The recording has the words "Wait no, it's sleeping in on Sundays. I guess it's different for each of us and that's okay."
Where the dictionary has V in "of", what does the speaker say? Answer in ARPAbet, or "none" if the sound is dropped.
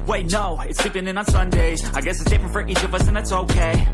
V